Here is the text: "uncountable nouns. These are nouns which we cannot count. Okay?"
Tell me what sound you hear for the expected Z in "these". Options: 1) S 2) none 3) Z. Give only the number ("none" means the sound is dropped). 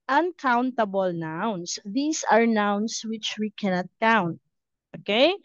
1